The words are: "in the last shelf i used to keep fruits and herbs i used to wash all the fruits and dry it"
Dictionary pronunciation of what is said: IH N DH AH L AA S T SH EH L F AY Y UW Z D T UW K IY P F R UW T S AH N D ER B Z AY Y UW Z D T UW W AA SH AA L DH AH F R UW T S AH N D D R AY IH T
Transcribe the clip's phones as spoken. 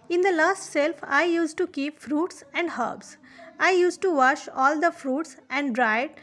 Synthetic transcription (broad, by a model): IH N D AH L AA S T S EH L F AY Y UW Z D T UW K IY P F R UW T S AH N D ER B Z AY Y UW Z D T UW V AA SH AA L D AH F R UW T S AH N D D R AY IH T